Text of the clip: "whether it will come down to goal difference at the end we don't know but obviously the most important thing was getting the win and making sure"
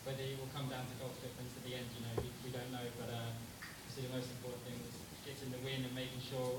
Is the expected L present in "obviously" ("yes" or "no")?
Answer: no